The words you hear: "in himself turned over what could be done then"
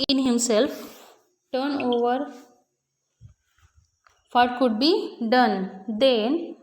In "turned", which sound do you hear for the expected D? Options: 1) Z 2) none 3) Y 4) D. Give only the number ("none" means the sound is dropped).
2